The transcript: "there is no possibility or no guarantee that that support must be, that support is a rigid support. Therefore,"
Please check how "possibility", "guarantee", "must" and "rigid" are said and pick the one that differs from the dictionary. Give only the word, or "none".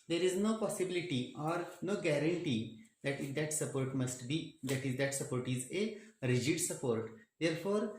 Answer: none